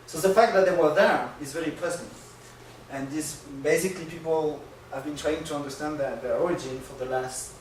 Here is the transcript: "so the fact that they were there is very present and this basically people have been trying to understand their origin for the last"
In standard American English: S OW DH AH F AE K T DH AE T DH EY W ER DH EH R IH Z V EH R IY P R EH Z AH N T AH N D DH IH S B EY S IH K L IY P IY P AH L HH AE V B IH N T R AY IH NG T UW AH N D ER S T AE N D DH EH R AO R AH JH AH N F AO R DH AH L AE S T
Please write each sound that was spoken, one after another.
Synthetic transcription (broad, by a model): S OW DH AH F AE K T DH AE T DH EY W ER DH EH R IH Z V EH R IY P L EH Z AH N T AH N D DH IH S B EY S IH K L IY P IY P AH L HH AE V B IH N T R AY IH NG T UW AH N D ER S T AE N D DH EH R AO R AH JH AH N F AO R DH AH L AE S T